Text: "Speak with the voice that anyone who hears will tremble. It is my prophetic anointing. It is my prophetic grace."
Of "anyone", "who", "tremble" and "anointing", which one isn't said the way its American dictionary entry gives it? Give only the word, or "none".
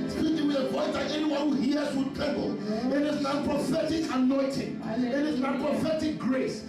tremble